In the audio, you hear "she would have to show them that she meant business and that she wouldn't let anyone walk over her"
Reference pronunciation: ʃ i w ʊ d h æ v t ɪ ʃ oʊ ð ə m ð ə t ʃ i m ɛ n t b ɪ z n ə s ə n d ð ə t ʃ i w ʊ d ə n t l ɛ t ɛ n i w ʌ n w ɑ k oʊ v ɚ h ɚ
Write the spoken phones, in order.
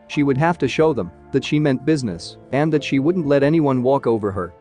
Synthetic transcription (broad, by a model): ʃ i w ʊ d h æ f t ɪ ʃ oʊ ð ə m ð ə t ʃ i m ɛ n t b ɪ z n ə s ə n ð ə t ʃ i w ʊ d n t l ɛ t ɛ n i w ʌ n w ɑ k oʊ v ɚ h ɚ